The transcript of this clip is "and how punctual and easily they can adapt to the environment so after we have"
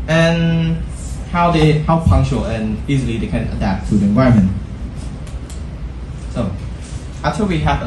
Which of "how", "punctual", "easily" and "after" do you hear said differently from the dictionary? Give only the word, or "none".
after